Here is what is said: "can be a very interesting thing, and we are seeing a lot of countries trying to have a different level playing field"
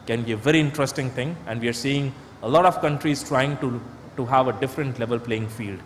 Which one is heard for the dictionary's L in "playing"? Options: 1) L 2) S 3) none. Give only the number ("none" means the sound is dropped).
1